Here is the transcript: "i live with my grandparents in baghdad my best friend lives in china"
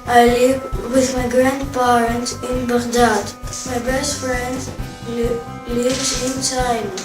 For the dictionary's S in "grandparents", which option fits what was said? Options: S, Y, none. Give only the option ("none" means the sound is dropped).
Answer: none